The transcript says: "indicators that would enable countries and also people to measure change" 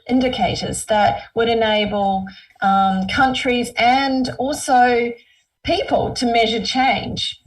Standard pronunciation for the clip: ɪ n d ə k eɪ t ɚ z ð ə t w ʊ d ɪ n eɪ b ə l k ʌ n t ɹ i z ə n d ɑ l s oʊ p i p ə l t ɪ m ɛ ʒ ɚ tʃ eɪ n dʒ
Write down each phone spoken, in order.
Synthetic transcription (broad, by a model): ɪ n d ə k eɪ t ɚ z ð ə t w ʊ d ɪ n eɪ b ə l k ʌ n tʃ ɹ i z ə n d ɑ l s oʊ p i p ə l t ɪ m ɛ ʒ ɚ tʃ eɪ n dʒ